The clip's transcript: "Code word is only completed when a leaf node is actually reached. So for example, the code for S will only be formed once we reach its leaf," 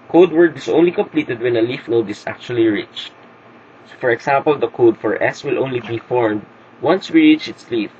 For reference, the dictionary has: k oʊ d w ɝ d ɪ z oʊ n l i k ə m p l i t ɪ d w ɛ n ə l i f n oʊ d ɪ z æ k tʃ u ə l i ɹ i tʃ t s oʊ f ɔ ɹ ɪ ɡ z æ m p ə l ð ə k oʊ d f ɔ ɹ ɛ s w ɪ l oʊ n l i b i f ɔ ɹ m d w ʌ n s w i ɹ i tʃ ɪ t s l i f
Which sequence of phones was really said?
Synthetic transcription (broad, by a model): k oʊ d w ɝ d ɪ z oʊ n l i k ə m p l i t ɪ d w ɛ n ə l i f n oʊ d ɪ s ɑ k tʃ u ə l i ɹ i tʃ t s oʊ f ɔ ɹ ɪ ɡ s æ m p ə l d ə k oʊ d f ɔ ɹ ɛ s w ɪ l oʊ n l i b i f ɔ ɹ m d w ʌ n s w i ɹ i tʃ ɪ t s l i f